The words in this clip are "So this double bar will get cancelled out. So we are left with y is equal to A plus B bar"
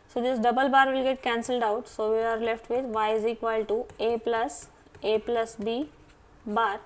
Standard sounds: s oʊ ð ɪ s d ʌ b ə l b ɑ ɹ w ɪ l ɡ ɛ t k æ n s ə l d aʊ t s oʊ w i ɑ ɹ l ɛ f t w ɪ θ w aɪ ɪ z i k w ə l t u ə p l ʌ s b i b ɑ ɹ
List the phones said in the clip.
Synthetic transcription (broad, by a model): s oʊ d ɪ s d ʌ b ə l b ɑ ɹ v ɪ l ɡ ɛ t k æ n s ə l d aʊ t s oʊ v i ɑ ɹ l ɛ f t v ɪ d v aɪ ɪ z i k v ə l t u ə p l ʌ s b i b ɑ ɹ